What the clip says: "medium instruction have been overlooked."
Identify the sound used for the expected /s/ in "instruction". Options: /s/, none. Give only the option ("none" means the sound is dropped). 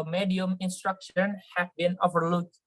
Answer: /s/